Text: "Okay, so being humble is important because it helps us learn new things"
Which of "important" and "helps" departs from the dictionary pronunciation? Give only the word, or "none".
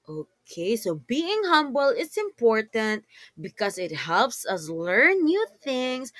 none